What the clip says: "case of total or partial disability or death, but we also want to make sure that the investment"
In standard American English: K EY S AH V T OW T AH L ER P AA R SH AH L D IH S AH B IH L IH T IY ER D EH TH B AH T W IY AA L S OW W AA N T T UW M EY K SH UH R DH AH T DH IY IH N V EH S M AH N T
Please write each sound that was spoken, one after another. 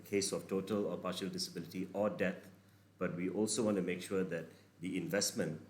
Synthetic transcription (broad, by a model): K EY S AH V T OW T AH L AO P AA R SH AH L D IH S AH B IH L IH T IY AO D EH T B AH T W IY AA L S OW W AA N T T UW M EY K SH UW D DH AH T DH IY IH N V EH S M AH N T